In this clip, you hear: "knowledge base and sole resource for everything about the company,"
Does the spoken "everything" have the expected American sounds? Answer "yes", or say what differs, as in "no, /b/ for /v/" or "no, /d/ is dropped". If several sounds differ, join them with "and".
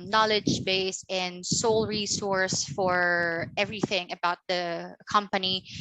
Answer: yes